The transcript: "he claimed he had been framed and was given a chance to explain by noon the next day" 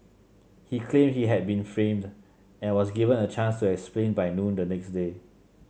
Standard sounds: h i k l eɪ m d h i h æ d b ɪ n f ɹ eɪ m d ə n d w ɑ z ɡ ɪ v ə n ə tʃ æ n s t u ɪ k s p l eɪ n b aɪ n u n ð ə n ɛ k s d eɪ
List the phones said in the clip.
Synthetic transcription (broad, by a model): h i k l eɪ m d h i h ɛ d b ɪ n f ɹ eɪ m d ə n w ɑ s ɡ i v ə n ə tʃ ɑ n s t u ɪ k s p l eɪ n b aɪ n u n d ə n ɛ k s d eɪ